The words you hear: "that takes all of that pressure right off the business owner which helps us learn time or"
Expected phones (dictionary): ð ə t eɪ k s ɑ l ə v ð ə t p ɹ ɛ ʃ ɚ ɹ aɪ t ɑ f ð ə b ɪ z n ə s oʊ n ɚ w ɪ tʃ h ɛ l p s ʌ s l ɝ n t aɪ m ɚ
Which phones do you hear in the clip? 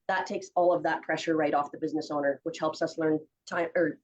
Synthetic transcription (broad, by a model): ð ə t eɪ k s ɑ l ə v ð ə t p ɹ ɛ ʃ ɚ ɹ aɪ t ɑ f ð ə b ɪ z n ə s oʊ n ɚ w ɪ tʃ h ɛ l p s ʌ s l ɝ n t aɪ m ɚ